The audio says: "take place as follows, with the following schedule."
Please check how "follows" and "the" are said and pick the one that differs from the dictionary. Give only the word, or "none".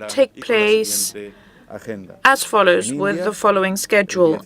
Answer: none